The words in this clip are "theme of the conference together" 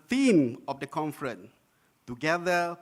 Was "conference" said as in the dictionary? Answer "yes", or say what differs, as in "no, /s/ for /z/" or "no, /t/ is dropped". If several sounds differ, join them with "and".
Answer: no, /s/ is dropped